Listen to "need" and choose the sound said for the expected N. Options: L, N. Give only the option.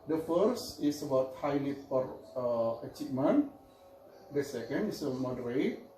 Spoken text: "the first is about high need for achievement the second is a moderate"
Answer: L